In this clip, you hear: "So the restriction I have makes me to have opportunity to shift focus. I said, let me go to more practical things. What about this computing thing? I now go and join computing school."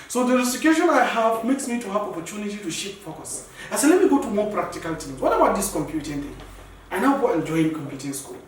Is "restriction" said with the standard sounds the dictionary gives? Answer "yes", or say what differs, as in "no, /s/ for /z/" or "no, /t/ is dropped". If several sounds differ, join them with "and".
no, /k/ is dropped